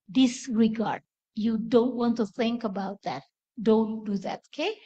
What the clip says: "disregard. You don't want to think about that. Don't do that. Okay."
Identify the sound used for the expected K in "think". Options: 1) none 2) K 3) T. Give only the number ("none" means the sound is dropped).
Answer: 2